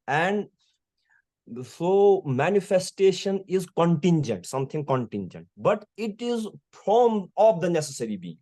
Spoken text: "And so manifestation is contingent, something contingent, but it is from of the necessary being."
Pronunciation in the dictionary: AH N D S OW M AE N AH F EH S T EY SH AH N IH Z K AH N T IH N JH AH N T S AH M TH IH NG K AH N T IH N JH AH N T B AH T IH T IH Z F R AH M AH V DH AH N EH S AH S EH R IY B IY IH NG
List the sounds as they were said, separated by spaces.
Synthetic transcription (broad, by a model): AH N D S OW M AE N AH F EH S T EY SH AH N IH Z K AH N T IH N JH AH N T S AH M T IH NG K AH N T IH N JH AH N T B AH T IH T IH Z P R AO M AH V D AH N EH S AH S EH R IY B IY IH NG